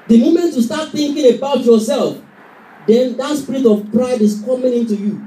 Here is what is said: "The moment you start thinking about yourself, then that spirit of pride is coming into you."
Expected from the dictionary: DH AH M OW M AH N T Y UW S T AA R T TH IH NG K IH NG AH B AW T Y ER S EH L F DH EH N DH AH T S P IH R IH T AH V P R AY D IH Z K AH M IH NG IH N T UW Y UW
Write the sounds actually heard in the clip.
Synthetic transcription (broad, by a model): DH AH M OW M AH N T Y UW S T AA T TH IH NG K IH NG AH B AW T Y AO S EH L F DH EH N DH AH T S P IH R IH T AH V P R AY D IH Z K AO M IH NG IH N T UW Y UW